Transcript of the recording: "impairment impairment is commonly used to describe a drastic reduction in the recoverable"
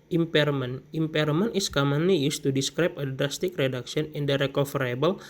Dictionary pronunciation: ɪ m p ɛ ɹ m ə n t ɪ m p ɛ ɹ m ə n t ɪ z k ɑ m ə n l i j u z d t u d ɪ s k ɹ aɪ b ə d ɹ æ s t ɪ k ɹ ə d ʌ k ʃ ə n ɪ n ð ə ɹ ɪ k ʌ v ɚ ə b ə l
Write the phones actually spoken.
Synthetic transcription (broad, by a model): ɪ m p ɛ ɹ m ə n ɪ m p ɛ ɹ m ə n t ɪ s k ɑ m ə n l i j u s t u d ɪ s k ɹ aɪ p ə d ɹ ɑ s t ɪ k ɹ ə d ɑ k s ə n ɪ n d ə ɹ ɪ k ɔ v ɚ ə b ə l